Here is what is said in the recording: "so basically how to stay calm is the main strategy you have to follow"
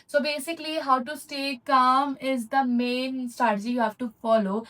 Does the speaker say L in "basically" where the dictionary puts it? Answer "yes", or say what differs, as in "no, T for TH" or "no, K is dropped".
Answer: yes